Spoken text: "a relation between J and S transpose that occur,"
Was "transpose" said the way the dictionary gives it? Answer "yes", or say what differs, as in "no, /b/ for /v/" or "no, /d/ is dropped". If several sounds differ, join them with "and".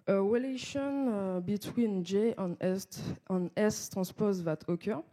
no, /n/ is dropped